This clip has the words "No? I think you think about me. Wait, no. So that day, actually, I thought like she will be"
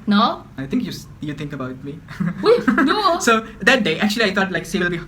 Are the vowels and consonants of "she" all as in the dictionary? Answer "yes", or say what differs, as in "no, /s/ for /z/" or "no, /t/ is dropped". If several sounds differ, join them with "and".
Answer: no, /s/ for /ʃ/